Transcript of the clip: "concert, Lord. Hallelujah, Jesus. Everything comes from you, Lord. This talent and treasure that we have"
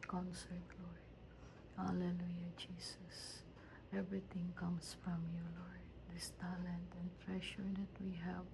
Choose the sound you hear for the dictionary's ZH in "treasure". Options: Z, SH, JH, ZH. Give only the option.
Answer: SH